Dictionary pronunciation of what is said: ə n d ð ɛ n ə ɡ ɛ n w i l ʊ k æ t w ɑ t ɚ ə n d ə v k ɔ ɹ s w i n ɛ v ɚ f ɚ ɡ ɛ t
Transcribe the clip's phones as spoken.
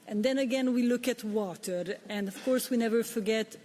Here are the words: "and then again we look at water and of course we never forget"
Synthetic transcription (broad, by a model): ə n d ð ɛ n ə ɡ ɛ n w i l ʊ k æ t w ɑ t ɚ ə n d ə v k ɔ ɹ s w i n ɛ v ɚ f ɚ ɡ ɛ t